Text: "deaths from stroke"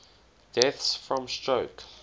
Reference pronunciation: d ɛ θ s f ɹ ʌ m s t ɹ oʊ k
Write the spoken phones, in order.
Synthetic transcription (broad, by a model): d ɛ θ s f ɹ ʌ m s t ɹ oʊ k